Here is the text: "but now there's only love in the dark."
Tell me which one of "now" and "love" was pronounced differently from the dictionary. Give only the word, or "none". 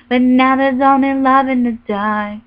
none